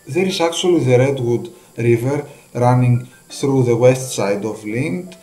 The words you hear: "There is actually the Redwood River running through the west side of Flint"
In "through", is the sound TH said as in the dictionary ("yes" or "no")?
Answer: yes